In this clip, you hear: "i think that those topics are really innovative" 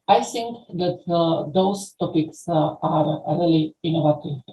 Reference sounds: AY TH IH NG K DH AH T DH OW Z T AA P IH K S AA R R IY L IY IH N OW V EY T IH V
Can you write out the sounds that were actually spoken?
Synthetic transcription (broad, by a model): AY T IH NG K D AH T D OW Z T AA P IH K S AA R R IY L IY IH N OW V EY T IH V